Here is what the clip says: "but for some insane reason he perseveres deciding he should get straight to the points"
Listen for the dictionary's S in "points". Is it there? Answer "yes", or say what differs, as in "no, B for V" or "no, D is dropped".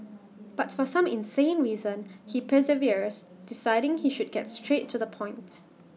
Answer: no, S is dropped